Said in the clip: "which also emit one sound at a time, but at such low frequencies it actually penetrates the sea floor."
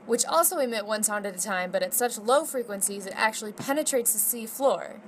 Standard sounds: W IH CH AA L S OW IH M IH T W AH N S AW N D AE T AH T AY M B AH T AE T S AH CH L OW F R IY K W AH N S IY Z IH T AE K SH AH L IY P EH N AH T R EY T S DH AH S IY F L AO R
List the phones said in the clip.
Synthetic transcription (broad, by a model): W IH CH AA L S OW IH M IH T W AH N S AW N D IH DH AH T AY M B AH T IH T S AH CH L OW F R IY K W AH N S IY Z IH T AE K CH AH L IY P EH N AH T R EY T S DH AH S IY F L AO R